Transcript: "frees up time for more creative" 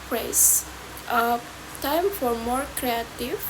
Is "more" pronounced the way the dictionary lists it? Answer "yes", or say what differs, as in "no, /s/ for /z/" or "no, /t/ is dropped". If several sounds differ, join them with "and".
yes